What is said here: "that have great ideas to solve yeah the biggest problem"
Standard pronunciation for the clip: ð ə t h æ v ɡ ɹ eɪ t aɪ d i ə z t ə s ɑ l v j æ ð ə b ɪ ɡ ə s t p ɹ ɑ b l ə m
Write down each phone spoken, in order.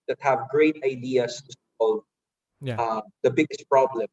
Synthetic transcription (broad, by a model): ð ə t h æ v ɡ ɹ eɪ t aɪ d i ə s t ə s ɑ l v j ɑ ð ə b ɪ ɡ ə s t p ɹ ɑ b l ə m